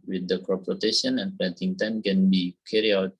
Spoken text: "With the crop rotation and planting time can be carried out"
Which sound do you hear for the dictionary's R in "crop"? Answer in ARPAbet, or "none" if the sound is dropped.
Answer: none